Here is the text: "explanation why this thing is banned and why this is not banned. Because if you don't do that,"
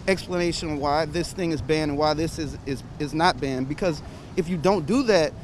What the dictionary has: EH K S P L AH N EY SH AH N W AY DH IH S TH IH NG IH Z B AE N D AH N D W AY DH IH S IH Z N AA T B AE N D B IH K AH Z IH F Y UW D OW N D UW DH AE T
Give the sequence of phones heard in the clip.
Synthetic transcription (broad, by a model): EH K S P L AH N EY SH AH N W AY DH IH S TH IH NG IH Z B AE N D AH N W AY DH IH S IH Z N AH T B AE N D B IH K AH Z IH F Y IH D OW N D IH DH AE T